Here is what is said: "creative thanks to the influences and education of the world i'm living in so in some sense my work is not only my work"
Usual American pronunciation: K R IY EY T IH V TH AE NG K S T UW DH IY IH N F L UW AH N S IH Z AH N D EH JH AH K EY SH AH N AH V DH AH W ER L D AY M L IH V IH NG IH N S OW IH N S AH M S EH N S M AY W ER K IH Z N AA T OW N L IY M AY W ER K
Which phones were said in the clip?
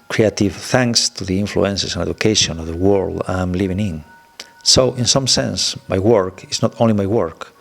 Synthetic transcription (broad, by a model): K R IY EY T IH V TH AE NG K S T UW DH IY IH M F L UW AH N S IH S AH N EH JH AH K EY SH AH N AH V DH AH W ER L D AY M L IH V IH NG IH N S OW IH N S AH M S EH N S M AY W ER K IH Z N AA T OW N L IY M AY W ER K